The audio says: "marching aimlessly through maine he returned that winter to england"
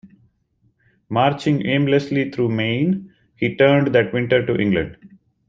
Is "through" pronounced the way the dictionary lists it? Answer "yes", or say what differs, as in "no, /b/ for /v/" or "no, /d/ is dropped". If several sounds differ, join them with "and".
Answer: no, /t/ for /θ/